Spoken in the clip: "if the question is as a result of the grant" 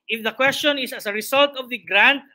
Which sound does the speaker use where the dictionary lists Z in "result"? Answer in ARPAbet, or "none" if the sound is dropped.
S